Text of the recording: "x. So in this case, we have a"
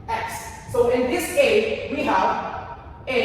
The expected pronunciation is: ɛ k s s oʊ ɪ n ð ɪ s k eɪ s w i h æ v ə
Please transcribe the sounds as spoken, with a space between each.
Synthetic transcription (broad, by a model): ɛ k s s oʊ ɪ n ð ɪ s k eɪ w i h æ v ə